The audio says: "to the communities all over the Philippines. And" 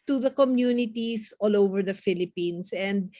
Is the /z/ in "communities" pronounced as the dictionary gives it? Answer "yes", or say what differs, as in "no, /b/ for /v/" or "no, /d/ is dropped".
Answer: no, /s/ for /z/